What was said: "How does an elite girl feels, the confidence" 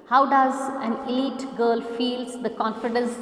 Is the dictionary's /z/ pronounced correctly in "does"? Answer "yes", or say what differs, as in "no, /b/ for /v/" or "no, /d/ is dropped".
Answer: yes